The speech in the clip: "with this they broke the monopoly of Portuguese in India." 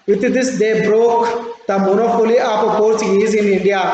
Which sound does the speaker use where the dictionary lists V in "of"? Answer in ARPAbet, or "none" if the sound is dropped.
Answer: P